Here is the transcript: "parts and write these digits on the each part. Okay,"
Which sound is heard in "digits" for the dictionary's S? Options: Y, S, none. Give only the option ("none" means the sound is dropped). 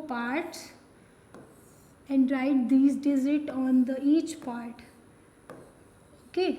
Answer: none